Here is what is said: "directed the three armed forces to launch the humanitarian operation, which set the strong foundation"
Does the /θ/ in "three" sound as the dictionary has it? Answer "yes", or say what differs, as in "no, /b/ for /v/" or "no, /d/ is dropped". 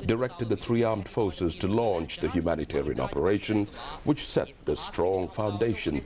yes